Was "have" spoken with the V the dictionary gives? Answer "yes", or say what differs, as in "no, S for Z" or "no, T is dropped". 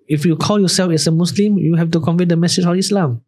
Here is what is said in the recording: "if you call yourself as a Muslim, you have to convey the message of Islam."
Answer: no, F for V